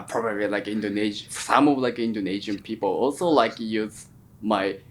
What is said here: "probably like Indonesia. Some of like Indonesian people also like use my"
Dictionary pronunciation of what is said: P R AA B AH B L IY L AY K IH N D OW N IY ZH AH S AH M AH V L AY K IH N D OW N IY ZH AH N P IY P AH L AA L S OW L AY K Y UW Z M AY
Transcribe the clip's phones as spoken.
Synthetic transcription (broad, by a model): P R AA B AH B L IY L AY K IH N D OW N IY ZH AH S AH M AH V L AY K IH N D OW N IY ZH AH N P IY P AH L AA L S OW L AY K Y UW Z M AY